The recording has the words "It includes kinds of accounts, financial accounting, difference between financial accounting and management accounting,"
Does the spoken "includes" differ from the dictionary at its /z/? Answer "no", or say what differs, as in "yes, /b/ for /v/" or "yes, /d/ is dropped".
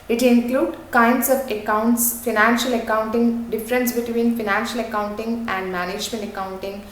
yes, /z/ is dropped